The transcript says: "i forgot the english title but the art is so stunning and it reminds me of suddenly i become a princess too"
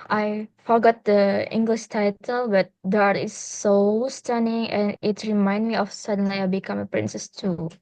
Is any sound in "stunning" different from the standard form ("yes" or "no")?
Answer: no